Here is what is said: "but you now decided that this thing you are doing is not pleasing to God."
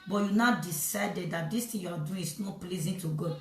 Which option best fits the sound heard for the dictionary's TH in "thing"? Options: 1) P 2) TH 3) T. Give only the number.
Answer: 3